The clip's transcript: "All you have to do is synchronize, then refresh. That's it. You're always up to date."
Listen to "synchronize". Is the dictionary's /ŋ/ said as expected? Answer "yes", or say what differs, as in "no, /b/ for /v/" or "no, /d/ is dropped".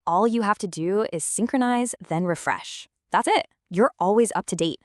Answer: yes